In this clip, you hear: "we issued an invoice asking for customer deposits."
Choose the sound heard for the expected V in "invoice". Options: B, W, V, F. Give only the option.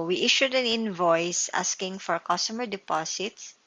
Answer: V